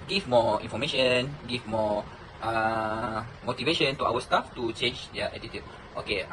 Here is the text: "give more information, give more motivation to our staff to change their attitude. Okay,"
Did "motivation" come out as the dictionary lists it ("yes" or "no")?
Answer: yes